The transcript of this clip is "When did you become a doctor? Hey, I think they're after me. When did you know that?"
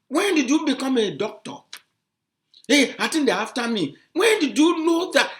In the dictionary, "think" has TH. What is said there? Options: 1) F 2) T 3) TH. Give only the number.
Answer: 2